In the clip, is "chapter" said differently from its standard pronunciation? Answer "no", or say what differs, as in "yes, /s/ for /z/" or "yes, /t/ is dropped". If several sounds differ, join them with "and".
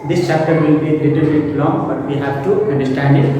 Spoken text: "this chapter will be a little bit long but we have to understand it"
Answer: no